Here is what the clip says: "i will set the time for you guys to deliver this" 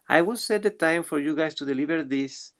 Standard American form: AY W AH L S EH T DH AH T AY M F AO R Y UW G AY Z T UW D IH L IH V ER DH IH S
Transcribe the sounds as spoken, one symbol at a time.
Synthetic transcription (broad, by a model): AY W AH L S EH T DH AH T AY M F AO R Y UW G AY S T UW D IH L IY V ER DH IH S